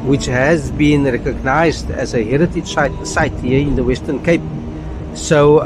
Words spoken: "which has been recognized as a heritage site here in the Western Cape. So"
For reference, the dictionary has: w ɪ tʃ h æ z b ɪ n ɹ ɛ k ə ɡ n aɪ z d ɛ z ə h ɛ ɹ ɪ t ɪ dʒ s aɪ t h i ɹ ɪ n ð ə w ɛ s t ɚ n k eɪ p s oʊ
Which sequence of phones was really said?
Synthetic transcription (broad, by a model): w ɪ tʃ h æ z b ɪ n ɹ ɛ k ə ɡ n aɪ z d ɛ z ə h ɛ ɹ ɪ t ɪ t s aɪ t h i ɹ ɪ n ð ə w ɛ s t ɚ n k eɪ p s oʊ